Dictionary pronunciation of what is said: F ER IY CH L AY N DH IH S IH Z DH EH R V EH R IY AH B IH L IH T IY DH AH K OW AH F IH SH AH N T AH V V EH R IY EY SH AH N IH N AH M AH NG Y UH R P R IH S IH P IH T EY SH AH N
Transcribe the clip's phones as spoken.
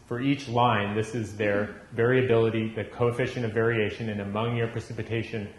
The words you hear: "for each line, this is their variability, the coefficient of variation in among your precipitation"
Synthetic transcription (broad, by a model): F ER IY CH L AY N DH IH S IH Z DH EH R V EH R IY AH B IH L IH T IY DH AH K OW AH F IH SH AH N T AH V V EH R IY EY SH AH N IH N AH M AH NG Y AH R P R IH S IH P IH T EY SH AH N